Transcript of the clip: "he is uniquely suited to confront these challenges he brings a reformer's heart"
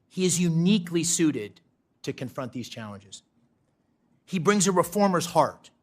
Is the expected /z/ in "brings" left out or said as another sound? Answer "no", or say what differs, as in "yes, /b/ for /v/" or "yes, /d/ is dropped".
no